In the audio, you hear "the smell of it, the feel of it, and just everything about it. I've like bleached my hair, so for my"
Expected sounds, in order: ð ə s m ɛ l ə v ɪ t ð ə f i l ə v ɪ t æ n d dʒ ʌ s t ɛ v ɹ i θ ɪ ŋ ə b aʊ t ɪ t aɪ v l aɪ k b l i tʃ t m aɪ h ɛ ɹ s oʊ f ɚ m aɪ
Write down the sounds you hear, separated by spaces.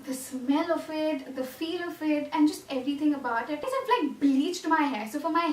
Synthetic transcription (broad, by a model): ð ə s m ɛ l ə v ɪ t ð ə f i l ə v ɪ t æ n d dʒ ʌ s t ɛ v ɹ i t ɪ ŋ ə b aʊ t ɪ t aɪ f l aɪ k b l i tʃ t m aɪ h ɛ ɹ s oʊ f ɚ m aɪ